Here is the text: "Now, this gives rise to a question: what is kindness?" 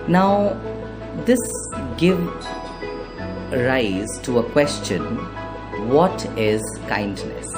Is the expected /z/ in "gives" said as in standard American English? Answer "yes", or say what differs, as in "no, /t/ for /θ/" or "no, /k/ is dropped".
no, /z/ is dropped